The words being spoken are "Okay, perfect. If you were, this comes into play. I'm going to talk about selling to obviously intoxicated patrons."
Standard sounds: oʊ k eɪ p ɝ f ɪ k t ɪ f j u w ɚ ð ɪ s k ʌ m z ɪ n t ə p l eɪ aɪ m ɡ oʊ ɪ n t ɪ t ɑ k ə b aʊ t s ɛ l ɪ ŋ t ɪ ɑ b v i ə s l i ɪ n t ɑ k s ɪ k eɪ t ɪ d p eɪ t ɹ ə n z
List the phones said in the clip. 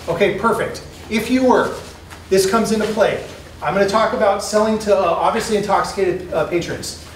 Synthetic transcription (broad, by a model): oʊ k eɪ p ɝ f ɪ k t ɪ f j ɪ w ɚ ð ɪ s k ʌ m z ɪ n t ə p l eɪ aɪ m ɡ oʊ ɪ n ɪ t ɑ k ə b aʊ t s ɛ l ɪ ŋ t ɪ ɑ b v i ə s l i ɪ n t ɑ k s ɪ k eɪ t ɪ d p eɪ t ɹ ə n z